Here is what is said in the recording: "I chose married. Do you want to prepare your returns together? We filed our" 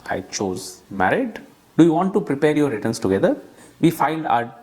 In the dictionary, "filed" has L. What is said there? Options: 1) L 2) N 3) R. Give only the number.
2